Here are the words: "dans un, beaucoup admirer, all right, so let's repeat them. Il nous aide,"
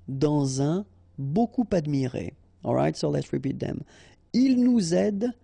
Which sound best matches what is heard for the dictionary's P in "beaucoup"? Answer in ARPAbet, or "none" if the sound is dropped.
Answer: P